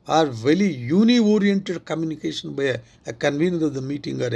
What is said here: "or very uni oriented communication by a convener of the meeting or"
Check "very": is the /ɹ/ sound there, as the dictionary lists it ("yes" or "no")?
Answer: no